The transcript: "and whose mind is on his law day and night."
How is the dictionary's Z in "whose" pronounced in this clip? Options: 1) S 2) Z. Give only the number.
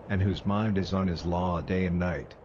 2